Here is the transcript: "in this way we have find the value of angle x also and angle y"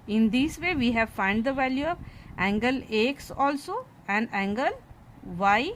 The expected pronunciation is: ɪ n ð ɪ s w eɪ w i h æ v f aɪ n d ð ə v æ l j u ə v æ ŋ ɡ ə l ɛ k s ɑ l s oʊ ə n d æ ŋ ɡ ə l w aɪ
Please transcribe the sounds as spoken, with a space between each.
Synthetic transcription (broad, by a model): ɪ n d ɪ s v eɪ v i h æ v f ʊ n d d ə v æ l j u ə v æ ŋ ɡ ə l ɛ k s ɑ l s oʊ ə n d æ ŋ ɡ ə l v aɪ